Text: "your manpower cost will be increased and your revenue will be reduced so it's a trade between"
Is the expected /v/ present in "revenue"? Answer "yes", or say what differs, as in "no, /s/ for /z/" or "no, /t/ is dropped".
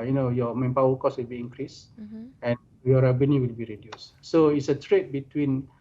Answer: no, /b/ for /v/